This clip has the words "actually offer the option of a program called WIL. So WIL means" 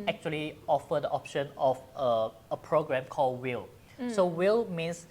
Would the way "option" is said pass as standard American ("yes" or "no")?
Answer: yes